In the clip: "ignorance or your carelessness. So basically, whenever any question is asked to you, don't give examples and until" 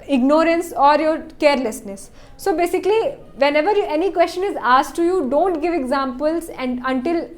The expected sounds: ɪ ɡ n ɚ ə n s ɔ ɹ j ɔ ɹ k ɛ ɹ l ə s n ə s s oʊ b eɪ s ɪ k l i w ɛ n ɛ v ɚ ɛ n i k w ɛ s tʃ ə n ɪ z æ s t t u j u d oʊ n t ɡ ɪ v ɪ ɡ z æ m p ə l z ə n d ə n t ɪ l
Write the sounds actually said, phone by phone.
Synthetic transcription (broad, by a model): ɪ ɡ n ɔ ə n s ɔ ɹ j ɔ ɹ k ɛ ɹ l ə s n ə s s oʊ b eɪ s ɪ k l i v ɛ n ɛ v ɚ ɛ n i k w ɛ s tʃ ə n ɪ z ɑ s t t u j u d oʊ n t ɡ ɪ v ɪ ɡ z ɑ m p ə l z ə n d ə n t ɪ l